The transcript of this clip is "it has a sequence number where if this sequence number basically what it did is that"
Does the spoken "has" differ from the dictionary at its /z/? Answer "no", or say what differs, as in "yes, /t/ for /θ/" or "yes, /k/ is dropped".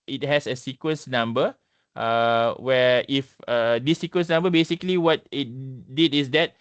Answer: yes, /s/ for /z/